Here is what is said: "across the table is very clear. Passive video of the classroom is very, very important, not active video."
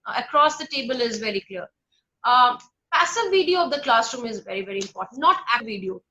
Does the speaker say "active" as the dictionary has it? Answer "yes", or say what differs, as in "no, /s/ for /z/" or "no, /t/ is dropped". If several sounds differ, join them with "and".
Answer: no, /k/ is dropped